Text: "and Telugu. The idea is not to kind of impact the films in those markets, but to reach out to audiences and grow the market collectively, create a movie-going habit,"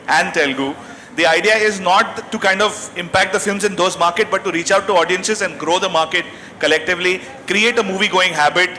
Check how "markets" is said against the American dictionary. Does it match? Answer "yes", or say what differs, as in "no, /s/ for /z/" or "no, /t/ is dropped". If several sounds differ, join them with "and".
no, /s/ is dropped